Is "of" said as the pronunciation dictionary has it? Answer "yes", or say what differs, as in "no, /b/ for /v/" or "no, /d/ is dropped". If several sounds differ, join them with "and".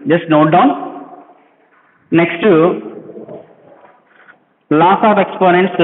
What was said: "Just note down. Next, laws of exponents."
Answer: no, /p/ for /v/